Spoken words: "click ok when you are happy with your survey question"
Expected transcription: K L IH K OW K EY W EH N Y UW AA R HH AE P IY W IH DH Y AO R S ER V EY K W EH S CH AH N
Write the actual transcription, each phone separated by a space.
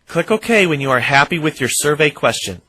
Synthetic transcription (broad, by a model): K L IH K OW K EY W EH N Y UW AA R HH AE P IY W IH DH Y AO R S ER V EY K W EH S CH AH N